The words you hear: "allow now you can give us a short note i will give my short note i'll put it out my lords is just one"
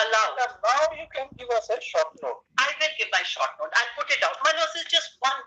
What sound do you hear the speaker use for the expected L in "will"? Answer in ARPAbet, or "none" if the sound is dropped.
N